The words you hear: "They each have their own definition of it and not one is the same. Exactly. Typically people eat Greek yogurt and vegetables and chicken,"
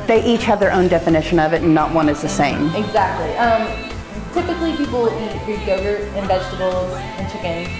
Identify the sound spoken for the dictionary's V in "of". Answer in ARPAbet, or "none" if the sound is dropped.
V